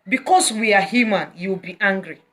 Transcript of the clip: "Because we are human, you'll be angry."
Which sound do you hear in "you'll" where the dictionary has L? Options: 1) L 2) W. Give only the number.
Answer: 2